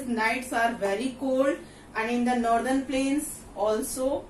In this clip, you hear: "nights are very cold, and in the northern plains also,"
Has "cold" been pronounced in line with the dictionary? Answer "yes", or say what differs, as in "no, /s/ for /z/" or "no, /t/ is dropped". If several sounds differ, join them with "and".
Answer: yes